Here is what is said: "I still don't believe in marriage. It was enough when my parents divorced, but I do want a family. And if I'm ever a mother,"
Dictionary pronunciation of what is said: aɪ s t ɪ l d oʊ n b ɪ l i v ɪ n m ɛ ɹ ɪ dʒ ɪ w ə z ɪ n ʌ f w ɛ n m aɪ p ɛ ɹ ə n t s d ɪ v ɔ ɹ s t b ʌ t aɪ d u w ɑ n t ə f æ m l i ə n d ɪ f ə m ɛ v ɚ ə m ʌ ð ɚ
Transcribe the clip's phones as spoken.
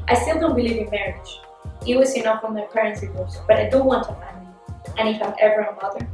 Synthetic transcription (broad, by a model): aɪ s t ɪ l d oʊ n b ɪ l i v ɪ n m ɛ ɹ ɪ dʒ ɪ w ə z ɪ n ʌ f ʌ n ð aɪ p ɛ ɹ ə n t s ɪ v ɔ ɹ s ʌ b ʌ t aɪ d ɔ w ɑ n t ə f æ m i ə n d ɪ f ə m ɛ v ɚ ə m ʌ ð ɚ